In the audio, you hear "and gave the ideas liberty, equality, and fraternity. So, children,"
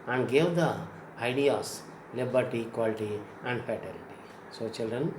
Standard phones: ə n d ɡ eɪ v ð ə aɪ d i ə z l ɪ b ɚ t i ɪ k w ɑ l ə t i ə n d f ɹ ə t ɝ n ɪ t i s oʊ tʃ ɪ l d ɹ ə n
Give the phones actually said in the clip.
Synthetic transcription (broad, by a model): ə n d ɡ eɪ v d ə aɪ d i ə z l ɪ b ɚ t i k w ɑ l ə t i ə n d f ə t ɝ l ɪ t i s oʊ tʃ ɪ l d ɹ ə n